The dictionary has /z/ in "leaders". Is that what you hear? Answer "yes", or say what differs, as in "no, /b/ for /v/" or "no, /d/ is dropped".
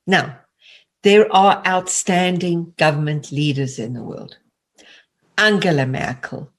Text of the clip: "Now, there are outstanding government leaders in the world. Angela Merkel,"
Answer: yes